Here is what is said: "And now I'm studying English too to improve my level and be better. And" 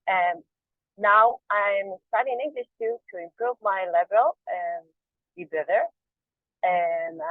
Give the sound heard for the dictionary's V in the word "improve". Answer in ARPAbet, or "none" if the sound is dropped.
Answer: V